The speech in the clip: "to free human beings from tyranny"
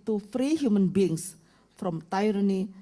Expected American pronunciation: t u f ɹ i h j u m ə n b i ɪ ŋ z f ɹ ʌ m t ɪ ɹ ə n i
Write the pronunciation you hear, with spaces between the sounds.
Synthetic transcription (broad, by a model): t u f ɹ i h j u m ə n b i ŋ s f ɹ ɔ m t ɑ ɹ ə n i